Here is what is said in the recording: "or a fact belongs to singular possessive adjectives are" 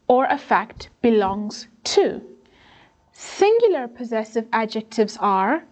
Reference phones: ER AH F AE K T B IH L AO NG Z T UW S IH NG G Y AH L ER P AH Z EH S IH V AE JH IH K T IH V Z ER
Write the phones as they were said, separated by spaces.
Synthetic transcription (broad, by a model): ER AH F AE K T B IH L AO NG Z T UW S IH NG G Y L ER P AH Z EH S IH V AE JH IH K T IH V Z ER